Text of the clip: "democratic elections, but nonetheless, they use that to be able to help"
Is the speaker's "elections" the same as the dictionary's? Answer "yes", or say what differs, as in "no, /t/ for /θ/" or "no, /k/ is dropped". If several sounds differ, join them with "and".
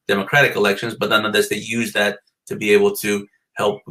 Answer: yes